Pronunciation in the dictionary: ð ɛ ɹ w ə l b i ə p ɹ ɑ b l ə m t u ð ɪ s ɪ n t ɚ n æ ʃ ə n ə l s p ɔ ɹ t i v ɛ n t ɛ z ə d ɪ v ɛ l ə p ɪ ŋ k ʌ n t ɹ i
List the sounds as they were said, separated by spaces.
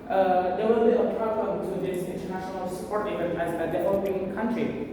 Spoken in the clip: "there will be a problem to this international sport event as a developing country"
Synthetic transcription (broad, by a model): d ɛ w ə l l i ə p ɹ ɑ b l ə m t u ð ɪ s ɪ n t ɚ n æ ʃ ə n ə l s p ɔ ɹ t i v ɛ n ɛ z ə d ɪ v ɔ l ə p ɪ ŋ k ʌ n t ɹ i